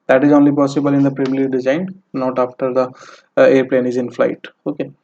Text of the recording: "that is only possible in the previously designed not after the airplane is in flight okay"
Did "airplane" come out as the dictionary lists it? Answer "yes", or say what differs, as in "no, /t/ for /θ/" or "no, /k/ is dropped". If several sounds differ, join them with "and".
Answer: yes